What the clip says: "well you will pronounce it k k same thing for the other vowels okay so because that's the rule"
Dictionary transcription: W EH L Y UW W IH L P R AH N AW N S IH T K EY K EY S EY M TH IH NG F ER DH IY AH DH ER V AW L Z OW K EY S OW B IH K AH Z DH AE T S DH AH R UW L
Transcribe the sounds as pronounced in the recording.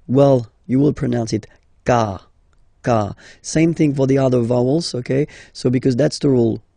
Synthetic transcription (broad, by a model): W EH L Y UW W IH L P R AH N AW N S IH T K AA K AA S EY M TH IH NG F ER DH IY AH DH ER V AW L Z OW K EY S OW B IH K AH Z DH AE T S DH AH R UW L